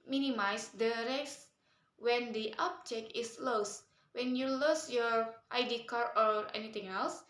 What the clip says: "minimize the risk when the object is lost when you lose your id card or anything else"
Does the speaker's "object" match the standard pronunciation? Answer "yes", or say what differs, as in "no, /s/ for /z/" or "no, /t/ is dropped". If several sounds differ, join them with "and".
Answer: no, /t/ is dropped